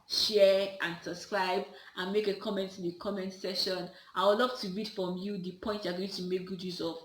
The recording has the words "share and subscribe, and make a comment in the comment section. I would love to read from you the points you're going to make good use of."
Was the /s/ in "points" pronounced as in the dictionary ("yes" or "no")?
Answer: no